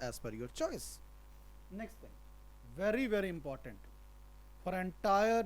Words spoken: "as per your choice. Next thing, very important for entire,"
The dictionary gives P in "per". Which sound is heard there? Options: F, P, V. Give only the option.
F